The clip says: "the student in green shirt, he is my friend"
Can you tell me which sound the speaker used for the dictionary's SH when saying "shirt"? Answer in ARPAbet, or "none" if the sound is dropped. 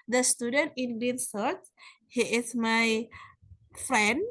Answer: S